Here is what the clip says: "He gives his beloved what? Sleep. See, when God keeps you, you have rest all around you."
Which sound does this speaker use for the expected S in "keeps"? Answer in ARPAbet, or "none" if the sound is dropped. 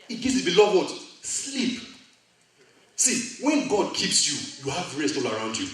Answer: S